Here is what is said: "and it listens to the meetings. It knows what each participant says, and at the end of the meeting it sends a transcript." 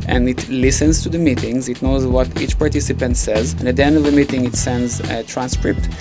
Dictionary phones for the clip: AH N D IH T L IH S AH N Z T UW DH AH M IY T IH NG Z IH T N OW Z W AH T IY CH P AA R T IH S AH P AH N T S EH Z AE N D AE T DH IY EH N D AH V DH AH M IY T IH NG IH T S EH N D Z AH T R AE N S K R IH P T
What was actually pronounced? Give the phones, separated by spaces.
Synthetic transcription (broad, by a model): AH N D IH T L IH S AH N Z T UW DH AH M IY T IH NG Z IH T N OW Z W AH T IY CH P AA R T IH S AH P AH N T S EH Z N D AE T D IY EH N D AH V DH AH M IY T IH NG IH T S EH N D Z T R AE N S K R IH P T